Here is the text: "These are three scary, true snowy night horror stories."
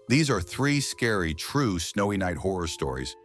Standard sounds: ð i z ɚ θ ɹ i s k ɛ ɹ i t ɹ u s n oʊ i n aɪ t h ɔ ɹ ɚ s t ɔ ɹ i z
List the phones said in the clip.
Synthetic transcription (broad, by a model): ð i z ɚ θ ɹ i s k ɛ ɹ i t ɹ u s n oʊ i n aɪ t h ɔ ɹ ɚ s t ɔ ɹ i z